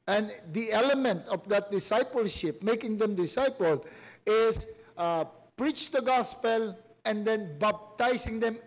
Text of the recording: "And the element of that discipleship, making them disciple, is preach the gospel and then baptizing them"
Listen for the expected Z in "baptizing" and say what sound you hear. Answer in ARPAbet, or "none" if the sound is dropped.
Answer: S